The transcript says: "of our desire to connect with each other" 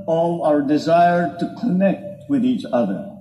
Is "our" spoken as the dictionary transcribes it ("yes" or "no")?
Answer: yes